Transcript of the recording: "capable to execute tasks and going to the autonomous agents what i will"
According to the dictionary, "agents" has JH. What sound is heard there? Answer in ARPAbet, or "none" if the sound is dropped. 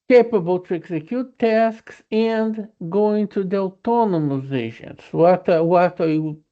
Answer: ZH